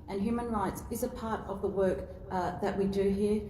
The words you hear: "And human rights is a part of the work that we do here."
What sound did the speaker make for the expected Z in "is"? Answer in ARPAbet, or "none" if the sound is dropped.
Z